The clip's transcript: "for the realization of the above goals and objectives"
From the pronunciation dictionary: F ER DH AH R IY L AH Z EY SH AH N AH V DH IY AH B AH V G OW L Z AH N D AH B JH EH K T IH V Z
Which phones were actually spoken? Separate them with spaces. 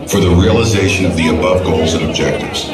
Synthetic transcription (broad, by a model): F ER DH AH R IY L AH Z EY SH AH N AH V DH IY AH B AH V G OW L Z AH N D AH B JH EH K T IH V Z